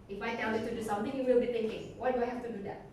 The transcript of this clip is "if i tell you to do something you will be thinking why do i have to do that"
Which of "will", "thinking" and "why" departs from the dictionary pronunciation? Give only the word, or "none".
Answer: thinking